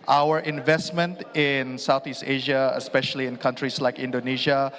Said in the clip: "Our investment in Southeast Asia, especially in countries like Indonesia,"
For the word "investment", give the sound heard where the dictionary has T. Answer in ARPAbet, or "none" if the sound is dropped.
T